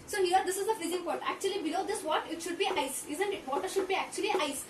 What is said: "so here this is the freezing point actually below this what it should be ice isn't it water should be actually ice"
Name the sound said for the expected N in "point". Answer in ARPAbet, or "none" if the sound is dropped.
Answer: none